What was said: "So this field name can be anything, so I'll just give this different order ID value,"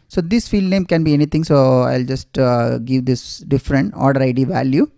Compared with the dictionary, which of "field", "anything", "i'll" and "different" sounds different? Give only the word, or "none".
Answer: anything